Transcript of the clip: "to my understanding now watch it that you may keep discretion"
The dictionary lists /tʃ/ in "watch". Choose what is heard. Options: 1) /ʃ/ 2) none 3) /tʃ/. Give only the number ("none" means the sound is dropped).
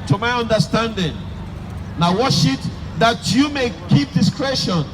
1